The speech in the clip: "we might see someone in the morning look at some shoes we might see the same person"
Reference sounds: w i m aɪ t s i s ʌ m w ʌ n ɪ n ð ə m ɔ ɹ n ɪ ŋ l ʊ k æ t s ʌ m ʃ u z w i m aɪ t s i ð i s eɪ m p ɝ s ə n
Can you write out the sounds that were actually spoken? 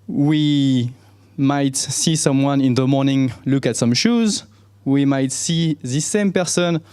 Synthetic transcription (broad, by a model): w i m aɪ t s i s ʌ m w ʌ n ɪ n ð ə m ɔ ɹ n ɪ ŋ l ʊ k æ t s ʌ m ʃ u z w i m aɪ t s i ð i s eɪ m p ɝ s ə n